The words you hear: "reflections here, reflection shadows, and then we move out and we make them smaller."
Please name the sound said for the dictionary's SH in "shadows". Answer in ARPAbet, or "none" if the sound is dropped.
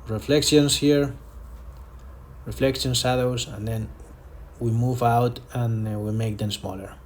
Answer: S